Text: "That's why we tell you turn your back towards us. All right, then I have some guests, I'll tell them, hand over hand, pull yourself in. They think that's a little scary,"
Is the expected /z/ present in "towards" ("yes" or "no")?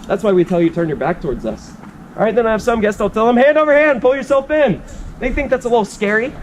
yes